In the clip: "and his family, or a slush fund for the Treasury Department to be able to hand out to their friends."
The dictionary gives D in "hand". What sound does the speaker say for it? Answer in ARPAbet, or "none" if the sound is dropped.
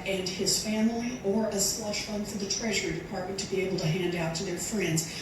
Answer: D